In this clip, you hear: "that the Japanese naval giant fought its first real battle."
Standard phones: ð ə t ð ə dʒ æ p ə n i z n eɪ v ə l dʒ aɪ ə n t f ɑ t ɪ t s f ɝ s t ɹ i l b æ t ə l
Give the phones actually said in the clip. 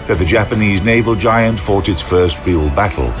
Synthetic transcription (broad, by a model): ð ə t ð ə dʒ æ p ə n i z n eɪ v ə l dʒ aɪ ə n t f ɑ t ɪ t s f ɝ s t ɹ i l b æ t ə l